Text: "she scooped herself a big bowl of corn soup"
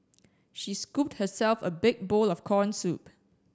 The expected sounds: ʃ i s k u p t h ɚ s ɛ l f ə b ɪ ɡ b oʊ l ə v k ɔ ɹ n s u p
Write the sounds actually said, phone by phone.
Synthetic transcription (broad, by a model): ʃ i s k u p t h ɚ s ɛ l f ə b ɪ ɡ b oʊ l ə f k ɔ n s u p